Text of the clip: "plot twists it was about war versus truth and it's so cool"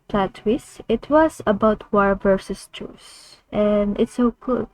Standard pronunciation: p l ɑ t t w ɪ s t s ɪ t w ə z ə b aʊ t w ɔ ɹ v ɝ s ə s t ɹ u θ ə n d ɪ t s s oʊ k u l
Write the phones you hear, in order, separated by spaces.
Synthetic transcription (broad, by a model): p l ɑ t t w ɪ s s ɪ t w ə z ə b aʊ t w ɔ ɹ v ɝ s ə s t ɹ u s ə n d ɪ t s s oʊ k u l